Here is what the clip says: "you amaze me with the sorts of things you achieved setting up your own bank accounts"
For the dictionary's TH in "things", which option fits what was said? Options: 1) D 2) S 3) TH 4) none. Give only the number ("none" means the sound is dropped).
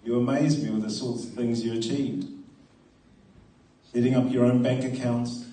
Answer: 3